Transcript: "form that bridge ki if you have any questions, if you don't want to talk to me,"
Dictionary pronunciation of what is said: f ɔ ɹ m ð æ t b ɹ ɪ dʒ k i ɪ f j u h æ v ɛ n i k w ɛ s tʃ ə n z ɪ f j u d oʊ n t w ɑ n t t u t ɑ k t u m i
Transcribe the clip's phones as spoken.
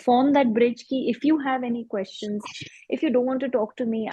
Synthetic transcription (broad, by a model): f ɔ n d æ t b ɹ ɪ dʒ k i ɪ f j u h æ v ɛ n i k w ɛ s tʃ ə n z ɪ f j u d oʊ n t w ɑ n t t u t ɑ k t u m i